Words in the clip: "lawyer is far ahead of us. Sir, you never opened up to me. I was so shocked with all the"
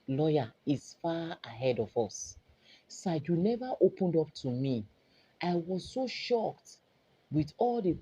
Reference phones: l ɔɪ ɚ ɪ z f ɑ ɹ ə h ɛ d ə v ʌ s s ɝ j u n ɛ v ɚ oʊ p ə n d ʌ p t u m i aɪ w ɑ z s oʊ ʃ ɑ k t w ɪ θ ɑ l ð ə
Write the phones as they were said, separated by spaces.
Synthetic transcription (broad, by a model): l ɔɪ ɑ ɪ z f ɑ ə h ɛ d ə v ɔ s s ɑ j u n ɛ v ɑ oʊ p ə n d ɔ p t u m i aɪ w ɑ z s oʊ ʃ ɑ k t w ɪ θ ɑ l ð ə